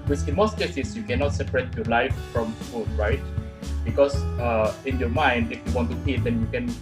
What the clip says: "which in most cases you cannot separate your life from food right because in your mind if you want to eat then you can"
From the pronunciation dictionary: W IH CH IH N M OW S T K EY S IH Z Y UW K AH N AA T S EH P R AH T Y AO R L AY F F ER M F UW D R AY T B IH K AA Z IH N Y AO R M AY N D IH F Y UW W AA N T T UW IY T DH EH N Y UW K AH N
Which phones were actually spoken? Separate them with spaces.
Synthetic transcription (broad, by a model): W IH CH IH N M OW S T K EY S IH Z Y UW K AH N AA T S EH P R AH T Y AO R L AY F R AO M F UW D R AY T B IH K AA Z IH N Y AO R M AY N D IH F Y UW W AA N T T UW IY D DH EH N Y UW K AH N